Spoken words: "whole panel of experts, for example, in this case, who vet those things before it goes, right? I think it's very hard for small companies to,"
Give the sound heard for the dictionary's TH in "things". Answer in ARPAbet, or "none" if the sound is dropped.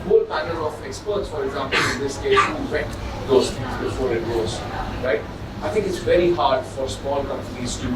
F